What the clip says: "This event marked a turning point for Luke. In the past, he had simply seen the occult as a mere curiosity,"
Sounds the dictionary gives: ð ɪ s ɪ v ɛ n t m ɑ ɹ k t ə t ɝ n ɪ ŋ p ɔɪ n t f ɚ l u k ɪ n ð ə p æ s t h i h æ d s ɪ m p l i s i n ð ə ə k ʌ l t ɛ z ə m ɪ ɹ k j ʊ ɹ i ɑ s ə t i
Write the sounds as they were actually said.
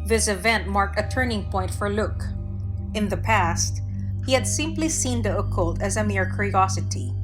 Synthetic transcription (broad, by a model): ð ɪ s ɪ v ɛ n t m ɑ ɹ k t ə t ɝ n ɪ ŋ p ɔɪ n t f ɚ l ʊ k ɪ n ð ə p æ s t h i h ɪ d s ɪ m p l i s i n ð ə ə k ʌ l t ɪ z ə m ɪ ɹ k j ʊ ɹ i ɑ s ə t i